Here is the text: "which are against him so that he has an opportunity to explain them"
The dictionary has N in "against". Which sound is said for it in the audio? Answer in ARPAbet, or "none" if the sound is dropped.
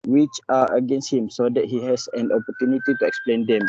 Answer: N